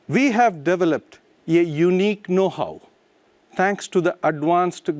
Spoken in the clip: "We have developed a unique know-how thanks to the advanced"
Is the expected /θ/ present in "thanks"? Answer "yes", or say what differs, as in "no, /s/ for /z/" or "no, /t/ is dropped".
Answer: no, /t/ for /θ/